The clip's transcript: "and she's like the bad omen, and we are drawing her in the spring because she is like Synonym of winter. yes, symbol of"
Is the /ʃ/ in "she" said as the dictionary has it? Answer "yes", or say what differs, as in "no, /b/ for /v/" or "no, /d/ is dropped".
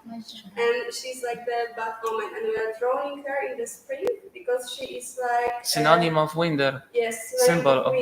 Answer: yes